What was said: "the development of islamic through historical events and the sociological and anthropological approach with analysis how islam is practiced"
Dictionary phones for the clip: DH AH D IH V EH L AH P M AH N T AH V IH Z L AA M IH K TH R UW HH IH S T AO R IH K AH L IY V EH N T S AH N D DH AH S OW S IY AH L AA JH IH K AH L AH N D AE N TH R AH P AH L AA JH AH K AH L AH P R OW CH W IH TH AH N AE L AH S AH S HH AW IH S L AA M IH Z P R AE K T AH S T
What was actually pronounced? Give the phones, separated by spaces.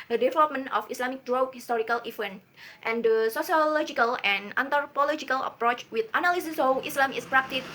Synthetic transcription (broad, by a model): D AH D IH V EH L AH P M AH N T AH F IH S L AA M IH K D R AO HH IH S T AO R IH K AH L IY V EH N T AH N D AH S OW S IY AH L AA JH IH K AH L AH N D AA N T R P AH L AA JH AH K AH L AH P R OW CH W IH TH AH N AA L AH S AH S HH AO IH S L AA M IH S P R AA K T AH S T